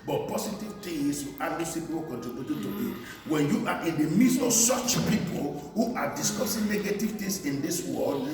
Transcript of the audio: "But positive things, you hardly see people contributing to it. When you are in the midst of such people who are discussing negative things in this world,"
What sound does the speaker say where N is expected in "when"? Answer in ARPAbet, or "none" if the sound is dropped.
N